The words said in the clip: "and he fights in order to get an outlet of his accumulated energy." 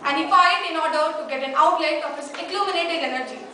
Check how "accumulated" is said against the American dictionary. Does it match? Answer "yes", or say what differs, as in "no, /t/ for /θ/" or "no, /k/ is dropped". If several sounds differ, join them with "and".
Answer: no, /n/ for /l/